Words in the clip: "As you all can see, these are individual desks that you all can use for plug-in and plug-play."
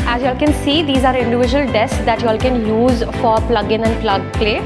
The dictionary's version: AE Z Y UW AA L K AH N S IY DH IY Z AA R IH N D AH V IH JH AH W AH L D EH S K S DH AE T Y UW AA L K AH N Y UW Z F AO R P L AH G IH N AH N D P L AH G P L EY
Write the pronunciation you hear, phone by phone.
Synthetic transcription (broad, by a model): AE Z Y UW AA L K AH N S IY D IY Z AA R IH N D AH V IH JH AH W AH L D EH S S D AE T Y UW AA L K AH N Y UW Z F AO R P L AH G IH N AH N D P L AH G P L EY